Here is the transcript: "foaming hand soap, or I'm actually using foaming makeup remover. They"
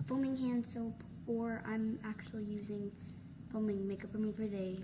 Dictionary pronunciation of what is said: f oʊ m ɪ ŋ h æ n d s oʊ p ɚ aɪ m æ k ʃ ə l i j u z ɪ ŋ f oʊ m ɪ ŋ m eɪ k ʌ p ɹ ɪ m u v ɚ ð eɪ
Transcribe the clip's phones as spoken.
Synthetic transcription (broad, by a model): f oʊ m ɪ ŋ h æ n d s oʊ p ɚ aɪ m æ k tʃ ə l i j u z ɪ ŋ f oʊ m ɪ ŋ m eɪ k ʌ p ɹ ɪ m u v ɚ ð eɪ